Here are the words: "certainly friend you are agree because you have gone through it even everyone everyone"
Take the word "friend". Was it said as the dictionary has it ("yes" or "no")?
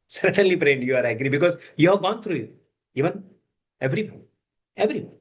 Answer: no